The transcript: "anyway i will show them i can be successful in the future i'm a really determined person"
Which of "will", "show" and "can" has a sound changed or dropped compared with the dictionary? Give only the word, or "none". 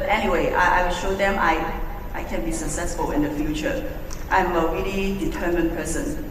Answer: will